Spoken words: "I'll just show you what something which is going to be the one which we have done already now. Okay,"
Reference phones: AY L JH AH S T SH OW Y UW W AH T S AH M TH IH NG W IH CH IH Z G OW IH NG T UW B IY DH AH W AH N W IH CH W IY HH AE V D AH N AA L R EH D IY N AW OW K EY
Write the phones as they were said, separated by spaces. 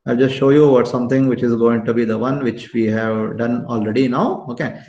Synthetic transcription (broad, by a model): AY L JH AH S T SH OW Y UW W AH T S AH M T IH NG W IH CH IH Z G OW IH NG T UW B IY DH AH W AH N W IH CH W IY HH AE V D AH N AA L R EH D IY N AW OW K EY